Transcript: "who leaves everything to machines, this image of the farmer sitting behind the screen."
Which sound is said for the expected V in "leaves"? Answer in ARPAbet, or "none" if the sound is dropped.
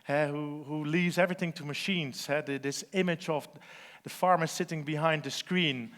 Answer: V